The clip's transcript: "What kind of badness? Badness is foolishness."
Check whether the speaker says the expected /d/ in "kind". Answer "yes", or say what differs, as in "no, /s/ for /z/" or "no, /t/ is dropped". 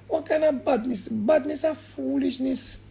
no, /d/ is dropped